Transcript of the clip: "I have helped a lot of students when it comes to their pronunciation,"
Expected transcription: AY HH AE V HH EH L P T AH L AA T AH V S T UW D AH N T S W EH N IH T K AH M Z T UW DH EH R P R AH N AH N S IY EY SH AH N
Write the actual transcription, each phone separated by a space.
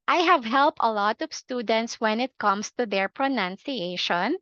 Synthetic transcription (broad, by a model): AY HH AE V HH EH L P T AH L AA T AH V S T UW D AH N T S W EH N IH T K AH M S T UW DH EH R P R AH N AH N S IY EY SH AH N